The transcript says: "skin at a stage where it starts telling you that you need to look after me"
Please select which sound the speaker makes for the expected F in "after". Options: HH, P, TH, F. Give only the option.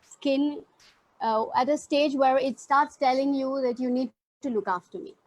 F